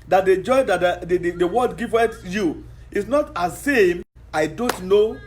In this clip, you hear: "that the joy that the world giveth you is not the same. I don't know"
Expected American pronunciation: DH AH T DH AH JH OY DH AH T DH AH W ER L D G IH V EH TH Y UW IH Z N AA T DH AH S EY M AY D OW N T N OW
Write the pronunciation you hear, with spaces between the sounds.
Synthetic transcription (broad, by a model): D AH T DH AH JH OY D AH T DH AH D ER W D G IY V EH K Y UW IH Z N AA T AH S EY M AY D OW N T N OW